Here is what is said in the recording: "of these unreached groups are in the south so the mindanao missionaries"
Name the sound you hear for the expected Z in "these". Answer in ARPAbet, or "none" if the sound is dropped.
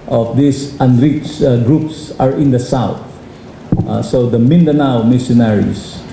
S